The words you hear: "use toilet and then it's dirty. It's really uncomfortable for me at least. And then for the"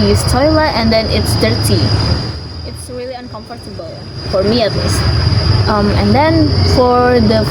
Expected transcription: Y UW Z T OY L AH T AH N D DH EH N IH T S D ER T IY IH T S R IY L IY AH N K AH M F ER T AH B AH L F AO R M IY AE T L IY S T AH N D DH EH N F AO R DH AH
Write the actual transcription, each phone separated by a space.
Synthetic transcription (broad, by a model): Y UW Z T OY L AH T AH N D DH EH N IH T S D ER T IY IH T S R IY L IY AH N K AH M F ER T AH B AH L F AO R M IY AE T L IY S T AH N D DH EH N F AO R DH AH